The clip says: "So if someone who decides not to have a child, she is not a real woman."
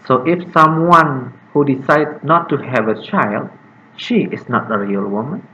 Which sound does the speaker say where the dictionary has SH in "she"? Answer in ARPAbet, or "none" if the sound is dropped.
SH